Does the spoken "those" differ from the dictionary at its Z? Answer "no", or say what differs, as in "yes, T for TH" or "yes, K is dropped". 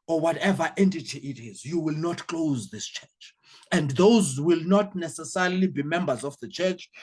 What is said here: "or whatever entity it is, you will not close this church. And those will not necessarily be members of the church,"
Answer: no